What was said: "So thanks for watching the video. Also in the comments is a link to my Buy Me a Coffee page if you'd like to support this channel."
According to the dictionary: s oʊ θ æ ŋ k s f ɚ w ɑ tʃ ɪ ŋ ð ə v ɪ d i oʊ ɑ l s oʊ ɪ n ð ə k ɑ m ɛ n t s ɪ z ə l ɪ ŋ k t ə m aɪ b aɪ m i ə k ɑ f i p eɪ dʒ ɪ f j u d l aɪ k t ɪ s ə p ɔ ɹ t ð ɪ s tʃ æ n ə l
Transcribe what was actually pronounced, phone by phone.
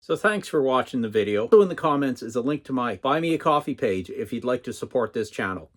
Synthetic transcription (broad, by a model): s oʊ θ æ ŋ k s f ɚ w ɑ tʃ ɪ ŋ ð ə v ɪ d i oʊ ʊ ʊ ɪ n ð ə k ɑ m ɛ n t s ɪ z ə l ɪ ŋ k t ə m aɪ b aɪ m i ə k ɑ f i p eɪ dʒ ɪ f j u d l aɪ k t ɪ s ə p ɔ ɹ t ð ɪ s tʃ æ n l